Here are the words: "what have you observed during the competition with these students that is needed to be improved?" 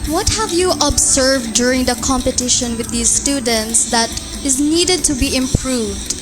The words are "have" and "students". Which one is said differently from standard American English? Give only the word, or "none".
none